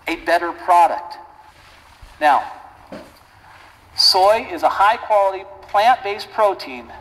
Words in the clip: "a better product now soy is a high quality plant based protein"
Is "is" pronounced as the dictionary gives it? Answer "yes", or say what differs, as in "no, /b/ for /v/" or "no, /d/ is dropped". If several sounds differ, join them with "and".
yes